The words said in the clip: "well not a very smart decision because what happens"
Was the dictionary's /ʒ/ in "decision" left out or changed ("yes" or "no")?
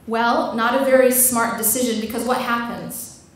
no